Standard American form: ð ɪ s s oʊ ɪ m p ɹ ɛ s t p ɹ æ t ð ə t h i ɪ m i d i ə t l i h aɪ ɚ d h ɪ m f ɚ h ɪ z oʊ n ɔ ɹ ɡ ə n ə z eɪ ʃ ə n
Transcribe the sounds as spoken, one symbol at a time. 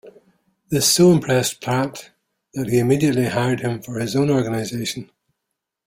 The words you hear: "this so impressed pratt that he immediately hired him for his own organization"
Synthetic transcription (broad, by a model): ð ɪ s s oʊ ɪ m p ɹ ɛ s p l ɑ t ð ə t h i ɪ m i d i ə t l i h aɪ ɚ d h ɪ m f ɚ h ɪ z oʊ n ɔ ɹ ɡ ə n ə z eɪ ʃ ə n